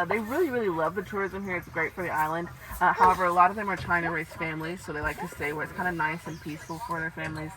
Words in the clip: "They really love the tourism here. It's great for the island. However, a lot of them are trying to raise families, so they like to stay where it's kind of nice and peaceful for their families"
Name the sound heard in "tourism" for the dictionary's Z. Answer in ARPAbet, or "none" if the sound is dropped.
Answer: Z